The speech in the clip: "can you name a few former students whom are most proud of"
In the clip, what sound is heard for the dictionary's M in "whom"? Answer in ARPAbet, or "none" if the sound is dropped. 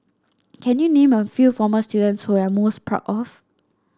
none